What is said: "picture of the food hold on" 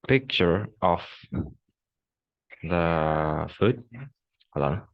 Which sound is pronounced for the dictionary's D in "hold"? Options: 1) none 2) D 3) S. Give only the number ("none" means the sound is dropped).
1